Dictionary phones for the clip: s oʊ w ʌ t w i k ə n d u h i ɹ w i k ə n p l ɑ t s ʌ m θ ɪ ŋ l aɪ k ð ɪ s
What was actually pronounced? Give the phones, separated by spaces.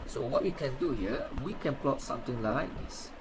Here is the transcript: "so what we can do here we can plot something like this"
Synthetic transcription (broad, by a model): s oʊ w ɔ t w i k ə n d u h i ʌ w i k ə n p l ɑ t s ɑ m t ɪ ŋ l aɪ k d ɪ s